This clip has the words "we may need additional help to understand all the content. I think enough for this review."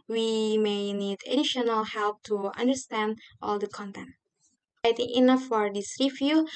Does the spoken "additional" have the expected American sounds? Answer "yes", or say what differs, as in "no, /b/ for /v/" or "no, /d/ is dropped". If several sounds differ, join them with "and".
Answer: yes